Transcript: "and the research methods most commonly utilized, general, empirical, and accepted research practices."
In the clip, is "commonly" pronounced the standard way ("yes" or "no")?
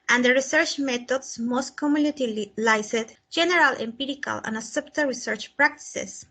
no